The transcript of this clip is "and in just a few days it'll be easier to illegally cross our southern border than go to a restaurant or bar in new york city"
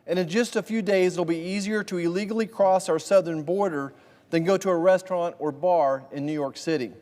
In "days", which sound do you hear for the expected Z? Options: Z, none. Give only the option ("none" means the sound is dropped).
none